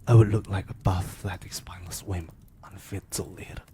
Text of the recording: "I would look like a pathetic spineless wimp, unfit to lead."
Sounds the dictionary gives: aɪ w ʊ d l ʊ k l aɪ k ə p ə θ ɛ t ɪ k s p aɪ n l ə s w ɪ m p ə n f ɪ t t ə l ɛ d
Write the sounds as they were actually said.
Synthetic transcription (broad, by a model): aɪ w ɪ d l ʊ k l aɪ k ə b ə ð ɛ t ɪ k s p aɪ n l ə s w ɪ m ə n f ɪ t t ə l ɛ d